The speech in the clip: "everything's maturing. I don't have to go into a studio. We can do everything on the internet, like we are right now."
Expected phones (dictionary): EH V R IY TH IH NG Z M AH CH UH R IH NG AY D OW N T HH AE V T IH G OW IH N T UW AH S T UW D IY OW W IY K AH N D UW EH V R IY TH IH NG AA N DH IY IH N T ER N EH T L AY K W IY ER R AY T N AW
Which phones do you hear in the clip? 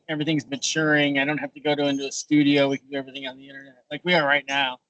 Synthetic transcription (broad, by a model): EH V R IY TH IH NG Z M AH CH UH R IH NG AY D OW N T HH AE F T IH G OW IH N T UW AH S T UW D IY OW W IY K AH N D UW EH V R IY TH IH NG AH N DH IY IH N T ER N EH T L AY K W IY ER R AY T N AW